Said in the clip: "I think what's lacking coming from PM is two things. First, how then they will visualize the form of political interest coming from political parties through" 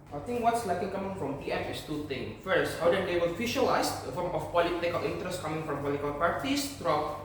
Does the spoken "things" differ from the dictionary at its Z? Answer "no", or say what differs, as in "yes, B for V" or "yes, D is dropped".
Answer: yes, Z is dropped